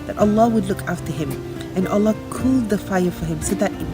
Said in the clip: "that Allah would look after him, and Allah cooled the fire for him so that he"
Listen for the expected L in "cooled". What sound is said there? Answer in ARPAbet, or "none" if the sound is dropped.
L